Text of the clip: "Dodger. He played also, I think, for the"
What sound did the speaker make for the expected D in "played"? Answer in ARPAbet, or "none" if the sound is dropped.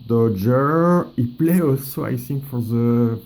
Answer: none